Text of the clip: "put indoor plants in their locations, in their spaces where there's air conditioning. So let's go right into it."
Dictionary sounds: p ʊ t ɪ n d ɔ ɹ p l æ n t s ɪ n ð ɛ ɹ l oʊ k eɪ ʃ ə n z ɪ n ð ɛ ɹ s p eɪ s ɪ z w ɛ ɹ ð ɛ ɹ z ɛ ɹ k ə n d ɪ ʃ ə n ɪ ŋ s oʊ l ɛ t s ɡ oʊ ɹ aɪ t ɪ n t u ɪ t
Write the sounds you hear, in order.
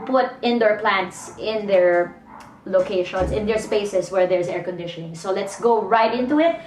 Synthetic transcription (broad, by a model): p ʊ t ɪ n d ɔ ɹ p l æ n t s ɪ n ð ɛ ɹ l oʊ k eɪ ʃ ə n s ɪ n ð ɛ ɹ s p eɪ s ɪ s w ɛ ɹ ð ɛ ɹ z ɛ ɹ k ə n d ɪ ʃ ə n ɪ ŋ s oʊ l ɛ t s ɡ oʊ ɹ aɪ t ɪ n t u ɪ t